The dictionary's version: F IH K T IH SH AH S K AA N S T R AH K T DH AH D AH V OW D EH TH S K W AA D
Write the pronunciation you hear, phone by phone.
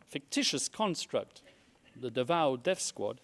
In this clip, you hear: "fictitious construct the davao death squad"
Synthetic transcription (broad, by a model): F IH K T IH SH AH S K AA N S T R AH K T DH AH D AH V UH D EH F S K W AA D